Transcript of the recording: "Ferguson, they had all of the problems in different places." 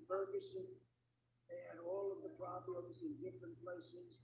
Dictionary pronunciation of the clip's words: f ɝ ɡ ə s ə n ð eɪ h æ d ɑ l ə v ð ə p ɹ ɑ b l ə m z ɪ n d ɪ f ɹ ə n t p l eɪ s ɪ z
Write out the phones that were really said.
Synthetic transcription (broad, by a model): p ɝ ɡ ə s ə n ð eɪ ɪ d ɑ l ə v ð ə p ɹ ɑ b l ə m z ɪ n d ɪ f ɹ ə n p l eɪ s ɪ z